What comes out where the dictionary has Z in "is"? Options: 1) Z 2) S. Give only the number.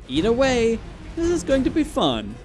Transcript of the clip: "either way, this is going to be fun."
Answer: 1